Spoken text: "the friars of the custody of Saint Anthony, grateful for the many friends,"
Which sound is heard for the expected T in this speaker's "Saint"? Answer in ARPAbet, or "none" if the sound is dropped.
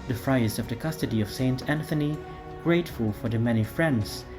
T